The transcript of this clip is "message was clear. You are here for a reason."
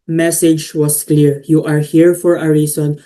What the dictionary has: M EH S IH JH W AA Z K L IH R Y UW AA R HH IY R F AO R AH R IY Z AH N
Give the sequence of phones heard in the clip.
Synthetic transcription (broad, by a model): M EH S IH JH W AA S K L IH R Y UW AA R HH IY R F AO R AH R IY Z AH N